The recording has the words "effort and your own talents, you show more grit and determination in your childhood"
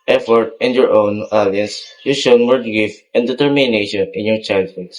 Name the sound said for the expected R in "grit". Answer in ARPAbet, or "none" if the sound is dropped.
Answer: none